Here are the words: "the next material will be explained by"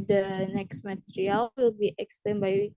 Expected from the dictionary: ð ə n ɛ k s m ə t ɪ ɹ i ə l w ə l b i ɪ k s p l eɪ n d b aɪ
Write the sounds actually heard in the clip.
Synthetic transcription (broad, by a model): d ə n ɛ k s m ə t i ɹ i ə l w ə l b i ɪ k s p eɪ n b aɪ